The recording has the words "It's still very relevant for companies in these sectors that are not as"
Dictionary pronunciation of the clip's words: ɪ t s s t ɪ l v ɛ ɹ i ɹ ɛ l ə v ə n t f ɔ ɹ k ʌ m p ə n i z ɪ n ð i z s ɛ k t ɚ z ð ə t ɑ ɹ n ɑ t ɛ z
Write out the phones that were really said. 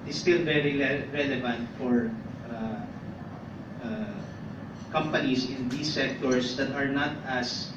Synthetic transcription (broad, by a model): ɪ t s s t ɪ l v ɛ ɹ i ɹ ɛ l ə v ə n t f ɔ ɹ k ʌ m p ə n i s ɪ n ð i s ɛ k t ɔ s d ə t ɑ ɹ n ɑ t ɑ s